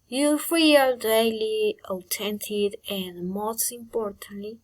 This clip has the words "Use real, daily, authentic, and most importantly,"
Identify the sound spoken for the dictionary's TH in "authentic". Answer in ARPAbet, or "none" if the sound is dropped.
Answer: T